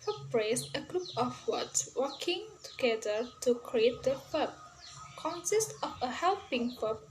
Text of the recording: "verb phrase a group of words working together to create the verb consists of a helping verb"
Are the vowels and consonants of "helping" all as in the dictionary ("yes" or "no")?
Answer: yes